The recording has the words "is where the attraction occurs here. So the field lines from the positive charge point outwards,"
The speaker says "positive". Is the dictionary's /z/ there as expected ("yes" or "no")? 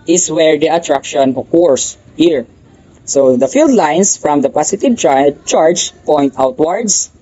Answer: no